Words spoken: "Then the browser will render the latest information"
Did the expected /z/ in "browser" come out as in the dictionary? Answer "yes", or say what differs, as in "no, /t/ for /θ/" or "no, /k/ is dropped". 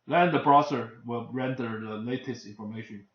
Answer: no, /s/ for /z/